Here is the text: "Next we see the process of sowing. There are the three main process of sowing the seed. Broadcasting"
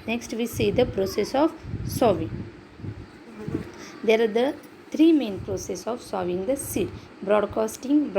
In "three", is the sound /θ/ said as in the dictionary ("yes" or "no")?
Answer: no